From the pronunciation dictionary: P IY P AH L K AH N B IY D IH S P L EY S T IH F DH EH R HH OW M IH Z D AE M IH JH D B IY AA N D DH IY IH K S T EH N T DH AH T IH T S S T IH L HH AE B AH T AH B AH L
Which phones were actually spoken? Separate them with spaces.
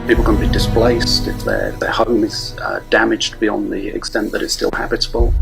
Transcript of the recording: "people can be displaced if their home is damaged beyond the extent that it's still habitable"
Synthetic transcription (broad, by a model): P IY P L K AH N B IY D IH S P L EY S T IH F DH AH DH HH OW M IH Z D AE M IH JH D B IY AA N DH IY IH K S T EH N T DH AH T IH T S S T IH L HH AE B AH T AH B AH L